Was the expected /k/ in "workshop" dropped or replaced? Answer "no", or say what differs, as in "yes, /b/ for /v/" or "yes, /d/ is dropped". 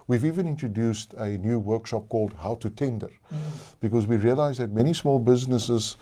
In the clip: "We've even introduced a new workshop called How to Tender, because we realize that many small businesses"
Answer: no